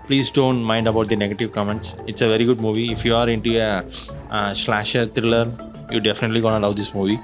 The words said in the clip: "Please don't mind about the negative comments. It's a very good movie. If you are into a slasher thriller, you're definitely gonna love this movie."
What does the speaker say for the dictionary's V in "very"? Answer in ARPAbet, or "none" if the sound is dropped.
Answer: V